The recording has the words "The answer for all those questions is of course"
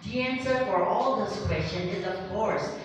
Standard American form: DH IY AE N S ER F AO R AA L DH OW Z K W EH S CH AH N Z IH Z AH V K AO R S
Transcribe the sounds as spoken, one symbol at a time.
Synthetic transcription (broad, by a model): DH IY AE N S ER F AO R AA L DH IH S K W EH S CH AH N IH Z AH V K AO R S